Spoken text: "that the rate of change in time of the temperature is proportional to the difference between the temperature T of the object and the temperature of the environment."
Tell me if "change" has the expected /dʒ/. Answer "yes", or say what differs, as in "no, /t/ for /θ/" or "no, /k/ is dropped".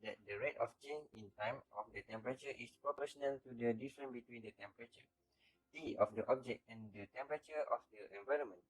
no, /dʒ/ is dropped